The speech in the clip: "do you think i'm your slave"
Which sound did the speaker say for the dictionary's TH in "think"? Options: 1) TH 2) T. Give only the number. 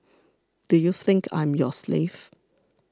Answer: 1